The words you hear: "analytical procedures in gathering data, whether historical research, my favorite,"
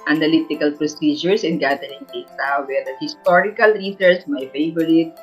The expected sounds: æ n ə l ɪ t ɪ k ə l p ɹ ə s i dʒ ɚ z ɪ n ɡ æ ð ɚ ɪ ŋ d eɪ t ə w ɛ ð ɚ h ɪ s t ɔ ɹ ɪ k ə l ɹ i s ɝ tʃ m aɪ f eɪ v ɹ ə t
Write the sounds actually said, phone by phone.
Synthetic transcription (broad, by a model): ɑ n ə l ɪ t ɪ k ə l p ɹ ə s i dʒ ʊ s ɪ n ɡ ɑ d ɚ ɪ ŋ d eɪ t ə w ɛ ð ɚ h ɪ s t ɔ ɹ ɪ k ə l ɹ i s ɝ s m aɪ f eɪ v ɹ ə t